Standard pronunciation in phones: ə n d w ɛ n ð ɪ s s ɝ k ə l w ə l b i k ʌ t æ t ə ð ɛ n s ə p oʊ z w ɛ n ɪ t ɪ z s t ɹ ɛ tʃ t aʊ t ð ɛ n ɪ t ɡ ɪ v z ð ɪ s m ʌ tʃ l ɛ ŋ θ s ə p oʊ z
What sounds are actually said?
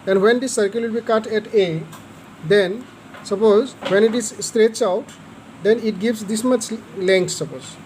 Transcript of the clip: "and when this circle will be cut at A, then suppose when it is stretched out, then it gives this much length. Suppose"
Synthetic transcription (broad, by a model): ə n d w ɛ n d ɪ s s ɝ k ə l w ə l b i k ʌ t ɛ t ə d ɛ n s ə p oʊ z w ɛ n ɪ t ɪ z s t ɹ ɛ tʃ aʊ t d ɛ n ɪ t ɡ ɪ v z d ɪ s m ʌ tʃ l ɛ ŋ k s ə p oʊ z